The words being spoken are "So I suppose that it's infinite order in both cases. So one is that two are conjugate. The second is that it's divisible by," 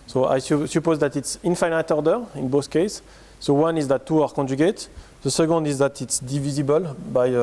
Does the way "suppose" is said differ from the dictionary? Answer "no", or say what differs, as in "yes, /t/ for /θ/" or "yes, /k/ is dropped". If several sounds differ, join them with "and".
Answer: no